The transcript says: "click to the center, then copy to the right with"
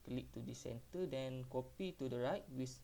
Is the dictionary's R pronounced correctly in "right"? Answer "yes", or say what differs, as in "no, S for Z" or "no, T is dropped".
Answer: yes